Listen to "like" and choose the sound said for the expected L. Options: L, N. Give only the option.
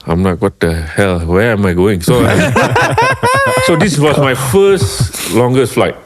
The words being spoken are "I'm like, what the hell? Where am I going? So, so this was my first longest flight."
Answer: N